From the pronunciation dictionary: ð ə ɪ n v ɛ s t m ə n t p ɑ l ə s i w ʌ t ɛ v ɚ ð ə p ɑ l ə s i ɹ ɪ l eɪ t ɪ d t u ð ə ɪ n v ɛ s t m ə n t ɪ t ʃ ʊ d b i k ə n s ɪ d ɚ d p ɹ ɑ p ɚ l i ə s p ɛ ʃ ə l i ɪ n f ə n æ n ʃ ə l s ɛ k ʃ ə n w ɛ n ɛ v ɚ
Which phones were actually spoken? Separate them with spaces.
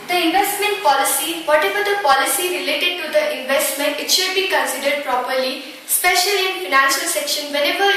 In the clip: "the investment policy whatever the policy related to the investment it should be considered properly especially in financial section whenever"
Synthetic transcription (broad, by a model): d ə ɪ n v ɛ s t m ə n t p ɑ l ə s i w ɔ t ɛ v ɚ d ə p ɑ l ə s i ɹ ɪ l eɪ t ɪ d t u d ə ɪ n v ɛ s t m ə n t ɪ t ʃ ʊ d b i k ə n s ɪ d ɚ d p ɹ ɑ p ɚ l i s p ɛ ʃ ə l i ɪ n f ə n æ n ʃ ə l s ɛ k ʃ ə n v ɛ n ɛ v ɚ